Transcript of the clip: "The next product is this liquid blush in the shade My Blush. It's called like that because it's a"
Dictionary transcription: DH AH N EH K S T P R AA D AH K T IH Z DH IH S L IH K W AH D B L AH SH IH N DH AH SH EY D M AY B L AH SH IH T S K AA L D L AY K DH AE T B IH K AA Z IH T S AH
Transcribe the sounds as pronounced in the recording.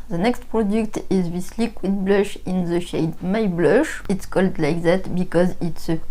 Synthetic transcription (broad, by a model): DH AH N EH K S T P R AA D AH K T IH Z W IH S L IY K W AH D B L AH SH IH N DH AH SH EY D M AY B L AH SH IH T S K AA L D L AY K DH AE T B IH K AA Z IH T S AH